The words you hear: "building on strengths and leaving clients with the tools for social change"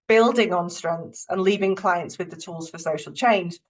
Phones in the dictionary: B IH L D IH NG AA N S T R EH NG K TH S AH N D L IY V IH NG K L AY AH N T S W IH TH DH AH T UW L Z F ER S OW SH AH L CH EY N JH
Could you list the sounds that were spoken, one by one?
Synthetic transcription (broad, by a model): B IH L D IH NG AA N S T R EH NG K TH S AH N L IY V IH NG K L AY AH N T S W IH DH AH T UW L Z F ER S OW SH AH L CH EY N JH